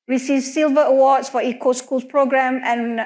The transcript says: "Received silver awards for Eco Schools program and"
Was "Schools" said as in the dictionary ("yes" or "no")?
no